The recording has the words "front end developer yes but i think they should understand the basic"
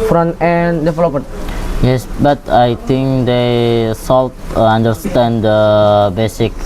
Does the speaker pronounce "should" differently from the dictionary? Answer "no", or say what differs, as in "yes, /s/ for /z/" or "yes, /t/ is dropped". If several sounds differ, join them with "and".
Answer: yes, /s/ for /ʃ/